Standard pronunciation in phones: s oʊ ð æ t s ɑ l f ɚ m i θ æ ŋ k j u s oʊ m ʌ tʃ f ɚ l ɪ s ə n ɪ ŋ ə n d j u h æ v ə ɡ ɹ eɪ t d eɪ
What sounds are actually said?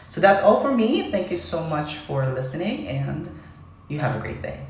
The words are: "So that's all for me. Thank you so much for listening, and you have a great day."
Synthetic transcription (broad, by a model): s oʊ ð æ t s ɑ l f ɚ m i θ æ ŋ k j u s oʊ m ʌ tʃ f ɚ l ɪ s ə n ɪ ŋ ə n j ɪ v ə ɡ ɹ eɪ t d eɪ